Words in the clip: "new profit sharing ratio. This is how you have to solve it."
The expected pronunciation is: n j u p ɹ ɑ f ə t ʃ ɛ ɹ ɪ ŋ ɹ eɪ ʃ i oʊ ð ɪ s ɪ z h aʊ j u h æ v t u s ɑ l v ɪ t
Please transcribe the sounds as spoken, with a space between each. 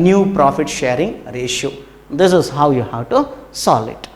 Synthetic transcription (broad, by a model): n j u p ɹ ɑ f ə t ʃ ɛ ɹ ɪ ŋ ɹ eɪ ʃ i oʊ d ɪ s ɪ z h aʊ j u h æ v t u s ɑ l ɪ t